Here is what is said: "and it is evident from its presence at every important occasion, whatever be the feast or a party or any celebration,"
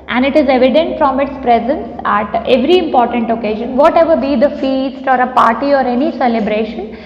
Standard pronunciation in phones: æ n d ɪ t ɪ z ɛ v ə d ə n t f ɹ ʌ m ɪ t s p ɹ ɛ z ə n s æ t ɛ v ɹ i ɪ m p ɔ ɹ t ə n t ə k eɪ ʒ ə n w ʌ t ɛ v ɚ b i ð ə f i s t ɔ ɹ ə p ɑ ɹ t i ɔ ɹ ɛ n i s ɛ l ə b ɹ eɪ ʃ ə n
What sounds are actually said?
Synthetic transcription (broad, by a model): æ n d ɪ t ɪ z ɛ v ə d ə n t f ɹ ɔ m ɪ t s p ɹ ɛ z ə n s æ t ɛ v ɹ i ɪ m p ɔ ɹ t ə n t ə k eɪ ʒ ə n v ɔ t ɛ v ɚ b i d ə f i s t ɔ ɹ ə p ɑ ɹ t i ɔ ɹ ɛ n i s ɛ l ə b ɹ eɪ ʃ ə n